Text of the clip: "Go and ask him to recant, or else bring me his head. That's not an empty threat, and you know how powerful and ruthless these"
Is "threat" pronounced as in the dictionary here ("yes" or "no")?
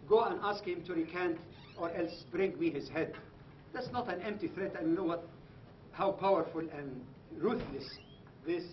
yes